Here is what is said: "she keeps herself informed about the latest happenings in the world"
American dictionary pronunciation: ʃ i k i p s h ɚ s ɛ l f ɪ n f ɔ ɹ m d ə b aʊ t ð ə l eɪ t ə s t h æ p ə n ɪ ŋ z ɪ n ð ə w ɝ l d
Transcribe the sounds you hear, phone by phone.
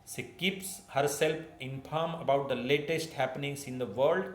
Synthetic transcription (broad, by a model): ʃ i k i p s h ɚ s ɛ l f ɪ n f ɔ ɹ m ə b aʊ t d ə l eɪ t ə s t h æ p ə n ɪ ŋ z ɪ n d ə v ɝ l d